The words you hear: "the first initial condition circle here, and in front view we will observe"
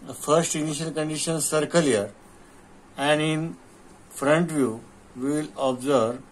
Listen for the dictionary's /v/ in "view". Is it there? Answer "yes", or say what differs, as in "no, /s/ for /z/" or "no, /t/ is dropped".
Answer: yes